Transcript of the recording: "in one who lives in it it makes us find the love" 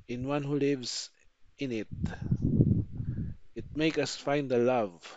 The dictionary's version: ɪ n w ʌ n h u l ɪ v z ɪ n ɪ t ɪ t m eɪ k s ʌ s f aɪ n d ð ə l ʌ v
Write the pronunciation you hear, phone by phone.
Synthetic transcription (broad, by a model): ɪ n w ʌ n h u l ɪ v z ɪ n ɪ t ɪ t m eɪ k ʌ s f aɪ n d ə l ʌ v